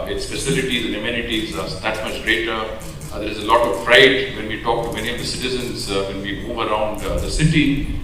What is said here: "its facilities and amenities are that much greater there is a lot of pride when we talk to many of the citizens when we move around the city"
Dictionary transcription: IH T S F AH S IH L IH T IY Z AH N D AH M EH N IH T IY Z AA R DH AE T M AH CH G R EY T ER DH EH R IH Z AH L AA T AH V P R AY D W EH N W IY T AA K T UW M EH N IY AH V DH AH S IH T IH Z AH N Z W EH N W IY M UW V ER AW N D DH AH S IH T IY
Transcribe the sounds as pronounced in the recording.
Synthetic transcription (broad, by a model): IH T S P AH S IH L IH T IY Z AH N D AH M EH N IH T IY Z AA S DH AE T M AH CH G R EY T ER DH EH R IH Z AH L AA T AH V F R AY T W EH N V IY T AA K T UW M EH N IY AH V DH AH S IH T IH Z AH N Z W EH N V IY M UW V ER AW N D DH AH S IH T IY